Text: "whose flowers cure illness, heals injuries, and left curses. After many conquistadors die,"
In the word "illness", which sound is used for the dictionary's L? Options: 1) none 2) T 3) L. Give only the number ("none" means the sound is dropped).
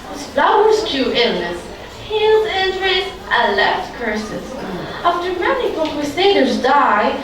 3